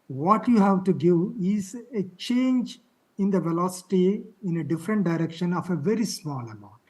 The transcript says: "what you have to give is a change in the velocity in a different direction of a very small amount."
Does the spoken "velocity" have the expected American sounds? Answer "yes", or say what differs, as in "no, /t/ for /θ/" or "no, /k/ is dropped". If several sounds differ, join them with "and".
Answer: yes